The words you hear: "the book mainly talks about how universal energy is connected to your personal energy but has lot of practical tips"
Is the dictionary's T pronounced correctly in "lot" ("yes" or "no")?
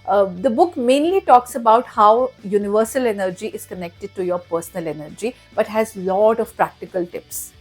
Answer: yes